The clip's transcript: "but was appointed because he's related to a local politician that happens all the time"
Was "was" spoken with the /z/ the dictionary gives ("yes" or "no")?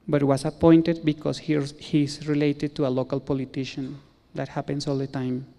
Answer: no